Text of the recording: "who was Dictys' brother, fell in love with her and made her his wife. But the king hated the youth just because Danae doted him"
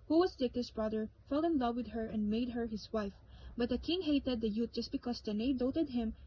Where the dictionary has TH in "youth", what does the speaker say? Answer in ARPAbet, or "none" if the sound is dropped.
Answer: T